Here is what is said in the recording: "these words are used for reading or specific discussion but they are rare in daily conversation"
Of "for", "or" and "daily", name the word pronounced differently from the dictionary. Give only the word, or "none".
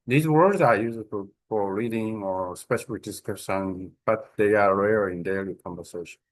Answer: none